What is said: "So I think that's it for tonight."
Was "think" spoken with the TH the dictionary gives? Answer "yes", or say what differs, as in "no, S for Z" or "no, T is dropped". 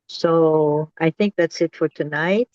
yes